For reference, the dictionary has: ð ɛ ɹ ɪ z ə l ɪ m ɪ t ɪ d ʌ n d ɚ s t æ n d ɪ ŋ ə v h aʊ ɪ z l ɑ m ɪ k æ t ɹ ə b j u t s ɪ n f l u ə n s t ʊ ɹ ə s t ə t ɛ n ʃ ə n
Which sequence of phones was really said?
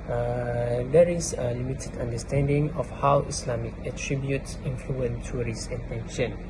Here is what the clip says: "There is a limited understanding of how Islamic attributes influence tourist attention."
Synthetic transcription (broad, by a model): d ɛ ɹ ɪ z ə l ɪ m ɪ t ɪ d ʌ n d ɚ s t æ n d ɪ ŋ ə f h aʊ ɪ s l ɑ m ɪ k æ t ɹ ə b j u t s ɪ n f l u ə n t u ɹ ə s ə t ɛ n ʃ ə n